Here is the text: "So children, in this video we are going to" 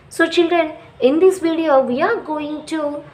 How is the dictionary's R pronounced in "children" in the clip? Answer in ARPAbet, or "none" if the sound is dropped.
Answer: R